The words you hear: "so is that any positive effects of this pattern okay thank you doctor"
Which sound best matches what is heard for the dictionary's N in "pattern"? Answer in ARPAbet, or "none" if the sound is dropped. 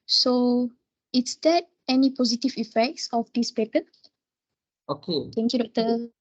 none